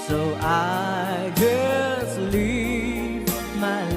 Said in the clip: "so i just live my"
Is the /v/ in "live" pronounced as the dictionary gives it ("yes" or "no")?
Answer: no